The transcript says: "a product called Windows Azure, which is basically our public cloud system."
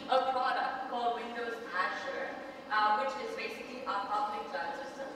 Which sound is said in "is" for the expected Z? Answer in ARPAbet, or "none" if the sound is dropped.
Z